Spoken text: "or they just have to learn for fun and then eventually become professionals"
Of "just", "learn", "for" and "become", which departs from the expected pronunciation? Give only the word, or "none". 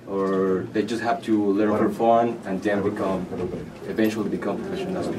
for